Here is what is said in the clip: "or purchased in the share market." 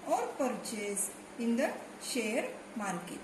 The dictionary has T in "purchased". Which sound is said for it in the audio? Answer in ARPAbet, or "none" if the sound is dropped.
none